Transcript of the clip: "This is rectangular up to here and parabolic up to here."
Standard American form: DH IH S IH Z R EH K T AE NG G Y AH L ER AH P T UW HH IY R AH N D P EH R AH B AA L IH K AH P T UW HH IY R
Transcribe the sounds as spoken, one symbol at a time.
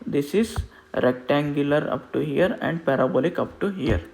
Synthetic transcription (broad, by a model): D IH S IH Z R EH K T AE NG G Y AH L ER AH P T UW HH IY R AH N D P EH R AH B AA L IH K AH P T UW HH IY R